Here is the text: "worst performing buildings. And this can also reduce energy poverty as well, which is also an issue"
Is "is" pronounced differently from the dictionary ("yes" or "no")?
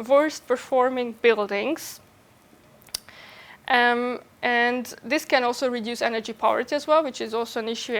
no